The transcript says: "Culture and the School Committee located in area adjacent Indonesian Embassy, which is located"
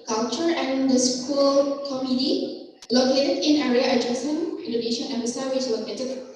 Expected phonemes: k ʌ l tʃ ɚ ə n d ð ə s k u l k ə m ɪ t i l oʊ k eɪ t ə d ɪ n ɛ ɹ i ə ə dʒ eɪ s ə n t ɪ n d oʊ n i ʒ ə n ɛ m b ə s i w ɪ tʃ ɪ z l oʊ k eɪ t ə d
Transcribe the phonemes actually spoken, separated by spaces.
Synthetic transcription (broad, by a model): k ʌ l tʃ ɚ ə n d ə s k u l k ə m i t i l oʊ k eɪ t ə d ɪ n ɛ ɹ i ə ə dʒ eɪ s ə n ɪ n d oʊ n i ʃ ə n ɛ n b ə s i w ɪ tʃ l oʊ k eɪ t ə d